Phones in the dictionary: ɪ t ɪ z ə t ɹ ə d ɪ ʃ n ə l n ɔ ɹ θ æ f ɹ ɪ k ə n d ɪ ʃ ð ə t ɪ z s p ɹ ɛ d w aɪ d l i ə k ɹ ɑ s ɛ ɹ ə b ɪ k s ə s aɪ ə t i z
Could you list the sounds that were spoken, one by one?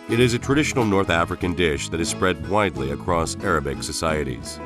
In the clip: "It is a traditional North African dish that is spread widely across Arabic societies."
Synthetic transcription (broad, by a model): ɪ t ɪ z ə t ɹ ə d ɪ ʃ n l n ɔ ɹ θ æ f ɹ ɪ k ə n d ɪ ʃ ð ə t ɪ z s p ɹ ɛ d w aɪ d l i ə k ɹ ɑ s ɛ ɹ ə b ɪ k s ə s aɪ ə t i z